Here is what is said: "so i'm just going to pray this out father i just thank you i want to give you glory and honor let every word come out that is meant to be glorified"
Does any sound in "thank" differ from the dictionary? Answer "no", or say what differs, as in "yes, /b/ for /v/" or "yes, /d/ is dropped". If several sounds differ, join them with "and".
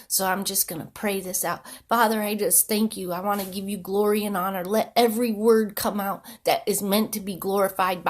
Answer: no